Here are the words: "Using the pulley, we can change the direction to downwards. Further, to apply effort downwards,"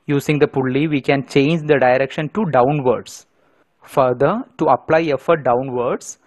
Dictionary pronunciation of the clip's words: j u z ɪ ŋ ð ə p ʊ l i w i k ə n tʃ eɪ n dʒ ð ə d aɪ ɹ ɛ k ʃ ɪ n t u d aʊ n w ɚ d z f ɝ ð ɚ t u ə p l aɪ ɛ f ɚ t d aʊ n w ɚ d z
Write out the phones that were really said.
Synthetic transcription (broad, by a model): j u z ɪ ŋ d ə p ʊ l i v i k ə n tʃ eɪ n dʒ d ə d aɪ ɹ ɛ k ʃ ɪ n t u d aʊ n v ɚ d s f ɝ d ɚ t u ə p l aɪ ɛ f ɚ t d aʊ n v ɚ d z